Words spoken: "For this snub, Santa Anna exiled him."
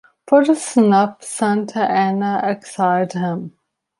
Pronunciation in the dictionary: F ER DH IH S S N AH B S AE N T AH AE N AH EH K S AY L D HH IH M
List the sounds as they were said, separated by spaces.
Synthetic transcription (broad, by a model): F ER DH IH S S N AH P S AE N T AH AE N AH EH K S AY D HH IH M